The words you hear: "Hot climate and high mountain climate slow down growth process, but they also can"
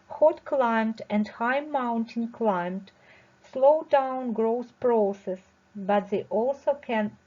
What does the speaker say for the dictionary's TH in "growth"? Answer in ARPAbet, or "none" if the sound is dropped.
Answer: S